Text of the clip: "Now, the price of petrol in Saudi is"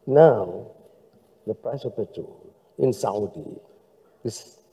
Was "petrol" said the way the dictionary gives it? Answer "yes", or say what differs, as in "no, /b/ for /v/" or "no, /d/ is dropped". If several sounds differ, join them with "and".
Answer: no, /ɹ/ is dropped